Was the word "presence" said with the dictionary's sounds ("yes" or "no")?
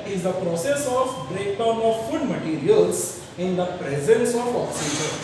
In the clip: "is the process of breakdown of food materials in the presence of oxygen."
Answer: yes